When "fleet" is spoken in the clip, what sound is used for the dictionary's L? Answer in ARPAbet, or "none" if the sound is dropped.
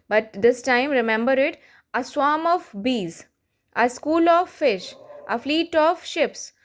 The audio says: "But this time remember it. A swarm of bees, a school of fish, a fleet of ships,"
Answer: L